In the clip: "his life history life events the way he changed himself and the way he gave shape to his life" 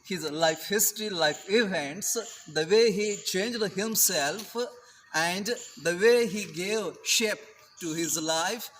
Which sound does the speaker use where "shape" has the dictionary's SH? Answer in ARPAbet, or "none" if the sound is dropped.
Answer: SH